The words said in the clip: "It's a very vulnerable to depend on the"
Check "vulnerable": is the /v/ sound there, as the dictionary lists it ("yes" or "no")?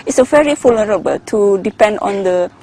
no